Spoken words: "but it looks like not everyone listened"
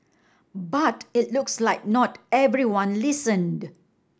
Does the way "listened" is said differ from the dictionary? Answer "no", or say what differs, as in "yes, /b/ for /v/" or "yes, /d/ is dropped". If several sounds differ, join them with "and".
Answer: no